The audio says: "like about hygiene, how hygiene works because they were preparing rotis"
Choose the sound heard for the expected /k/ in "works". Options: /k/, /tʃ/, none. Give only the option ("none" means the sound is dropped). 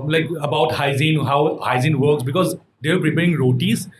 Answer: /k/